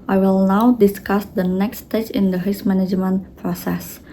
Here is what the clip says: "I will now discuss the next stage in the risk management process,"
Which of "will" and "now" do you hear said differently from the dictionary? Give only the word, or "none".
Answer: none